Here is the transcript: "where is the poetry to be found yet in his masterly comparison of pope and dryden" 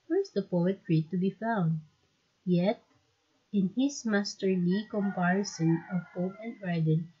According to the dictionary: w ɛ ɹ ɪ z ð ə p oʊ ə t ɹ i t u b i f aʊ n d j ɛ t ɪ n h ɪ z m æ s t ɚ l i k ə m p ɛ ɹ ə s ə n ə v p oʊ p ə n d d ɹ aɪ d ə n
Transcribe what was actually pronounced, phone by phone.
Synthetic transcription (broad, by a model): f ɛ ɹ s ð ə p oʊ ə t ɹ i t u b i f aʊ n d j ɛ t ɪ n h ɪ s m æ s t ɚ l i k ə m p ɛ ɹ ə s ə n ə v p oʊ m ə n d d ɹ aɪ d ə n